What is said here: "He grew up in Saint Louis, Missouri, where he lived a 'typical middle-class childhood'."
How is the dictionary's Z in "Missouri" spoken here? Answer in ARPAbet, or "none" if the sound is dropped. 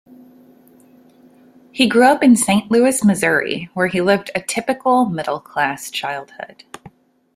Z